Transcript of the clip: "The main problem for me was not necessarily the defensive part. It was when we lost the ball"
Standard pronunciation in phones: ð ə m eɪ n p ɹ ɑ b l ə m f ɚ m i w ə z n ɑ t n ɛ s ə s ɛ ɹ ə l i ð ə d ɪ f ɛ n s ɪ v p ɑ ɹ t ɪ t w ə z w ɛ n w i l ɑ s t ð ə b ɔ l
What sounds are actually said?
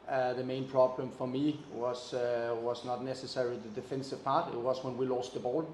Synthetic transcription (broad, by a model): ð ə m eɪ n p ɹ ɑ b l ə m f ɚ m i w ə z n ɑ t n ɛ s ə s ɛ ɹ ə l i ð ə d ɪ f ɛ n s ɪ v p ɑ ɹ t ɪ t w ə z w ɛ n w i l ɑ s t ð ə b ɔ l